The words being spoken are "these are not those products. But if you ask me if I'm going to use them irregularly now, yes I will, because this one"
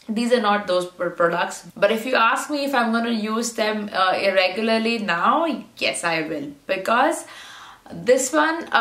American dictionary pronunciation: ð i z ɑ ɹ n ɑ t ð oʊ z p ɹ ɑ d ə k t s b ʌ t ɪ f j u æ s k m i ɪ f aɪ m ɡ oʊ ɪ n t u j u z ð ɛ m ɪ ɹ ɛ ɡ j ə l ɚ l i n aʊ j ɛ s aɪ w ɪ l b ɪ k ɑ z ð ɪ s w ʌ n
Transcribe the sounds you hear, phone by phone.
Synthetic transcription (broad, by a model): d i z ɑ ɹ n ɑ t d oʊ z p ɹ ɑ d ə k t s b ʌ t ɪ f j u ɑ s k m i ɪ f aɪ m ɡ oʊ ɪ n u j u z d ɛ m ɪ ɹ ɛ ɡ j ə l ɚ l i n aʊ j ɛ s aɪ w ɪ l b ɪ k ɑ z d ɪ s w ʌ n